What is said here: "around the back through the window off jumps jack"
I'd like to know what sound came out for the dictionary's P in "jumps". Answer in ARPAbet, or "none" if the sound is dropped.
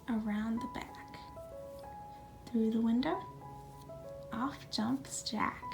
P